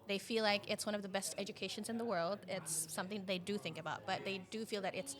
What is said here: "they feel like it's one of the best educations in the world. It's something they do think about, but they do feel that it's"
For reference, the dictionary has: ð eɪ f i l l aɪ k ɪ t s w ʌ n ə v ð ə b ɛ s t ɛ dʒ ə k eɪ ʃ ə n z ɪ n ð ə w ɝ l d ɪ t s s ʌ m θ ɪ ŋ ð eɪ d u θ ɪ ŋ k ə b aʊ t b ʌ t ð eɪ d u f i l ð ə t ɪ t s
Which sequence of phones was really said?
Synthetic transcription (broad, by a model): ð eɪ f i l l aɪ k ɪ t s w ʌ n ə v ð ə b ɛ s t ɛ dʒ ə k eɪ ʃ ə n z ɪ n ð ə w ɝ l d ɪ t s s ʌ m θ ɪ ŋ ð eɪ d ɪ θ ɪ ŋ k ə b aʊ t b ʌ t ð eɪ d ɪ f i l ð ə t ɪ t s